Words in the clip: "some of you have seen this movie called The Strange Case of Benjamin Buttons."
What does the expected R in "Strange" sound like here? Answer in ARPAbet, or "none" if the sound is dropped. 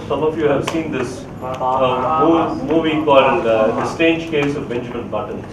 none